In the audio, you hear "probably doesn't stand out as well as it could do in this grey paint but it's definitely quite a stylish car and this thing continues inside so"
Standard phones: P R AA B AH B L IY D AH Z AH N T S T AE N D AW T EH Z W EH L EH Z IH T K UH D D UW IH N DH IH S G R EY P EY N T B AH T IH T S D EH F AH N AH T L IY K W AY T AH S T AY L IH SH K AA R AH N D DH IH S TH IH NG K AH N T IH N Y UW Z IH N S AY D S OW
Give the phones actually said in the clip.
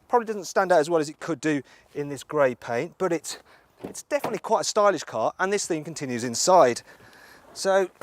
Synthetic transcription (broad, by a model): P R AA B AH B L IY D AH Z AH N T S T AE N D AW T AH Z W EH L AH Z IH T K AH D D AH IH N DH IH S G R EY P EY N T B AH T IH T S D EH F AH N AH T L IY K W AY T AH S T AY L IH SH K AA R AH N DH IH S TH IH NG K AH N T IH N Y UW Z IH N S AY D S OW